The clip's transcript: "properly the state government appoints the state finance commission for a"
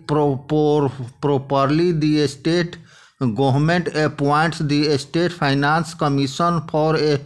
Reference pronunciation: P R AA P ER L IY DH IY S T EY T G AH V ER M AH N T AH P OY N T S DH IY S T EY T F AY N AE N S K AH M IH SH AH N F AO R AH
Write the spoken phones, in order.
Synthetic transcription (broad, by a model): P R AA P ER L IY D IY S T EY T G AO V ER M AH N T AH P OY N T S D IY S T EY T P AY N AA N S K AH M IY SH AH N P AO R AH